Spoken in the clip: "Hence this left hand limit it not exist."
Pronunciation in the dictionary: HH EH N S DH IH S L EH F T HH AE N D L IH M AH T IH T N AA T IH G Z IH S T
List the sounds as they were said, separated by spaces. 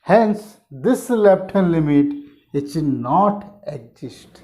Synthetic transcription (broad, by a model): HH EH N S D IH S L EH P T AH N L IH M AH T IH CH N AA T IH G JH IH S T